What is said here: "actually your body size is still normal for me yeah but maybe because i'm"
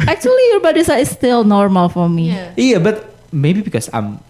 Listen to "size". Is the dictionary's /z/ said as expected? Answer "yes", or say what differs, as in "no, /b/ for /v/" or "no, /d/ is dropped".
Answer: no, /z/ is dropped